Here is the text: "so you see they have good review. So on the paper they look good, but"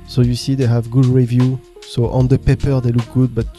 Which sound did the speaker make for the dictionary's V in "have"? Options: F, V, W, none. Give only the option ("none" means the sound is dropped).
V